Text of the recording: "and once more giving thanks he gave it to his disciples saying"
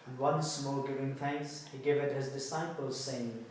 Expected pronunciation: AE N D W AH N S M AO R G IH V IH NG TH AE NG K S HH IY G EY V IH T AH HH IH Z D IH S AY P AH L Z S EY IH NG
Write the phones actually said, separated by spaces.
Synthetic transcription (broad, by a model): W AH N S M AO L G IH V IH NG TH AE NG K S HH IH G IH V IH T HH IH Z D IH S AY P AH L Z S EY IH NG